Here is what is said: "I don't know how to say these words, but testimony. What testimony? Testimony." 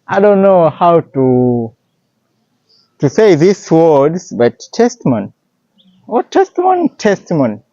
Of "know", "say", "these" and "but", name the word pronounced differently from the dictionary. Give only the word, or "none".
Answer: these